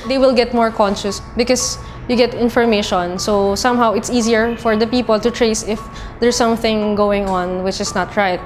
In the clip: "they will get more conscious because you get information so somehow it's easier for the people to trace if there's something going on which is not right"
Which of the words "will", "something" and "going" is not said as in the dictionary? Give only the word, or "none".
none